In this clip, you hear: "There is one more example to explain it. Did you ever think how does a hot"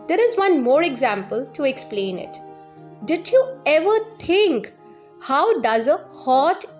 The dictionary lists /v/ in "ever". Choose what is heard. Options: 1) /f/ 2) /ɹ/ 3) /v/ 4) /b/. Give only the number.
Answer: 3